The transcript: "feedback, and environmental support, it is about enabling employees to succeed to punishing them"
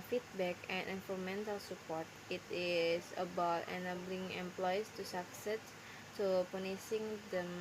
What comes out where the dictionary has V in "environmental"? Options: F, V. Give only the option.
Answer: F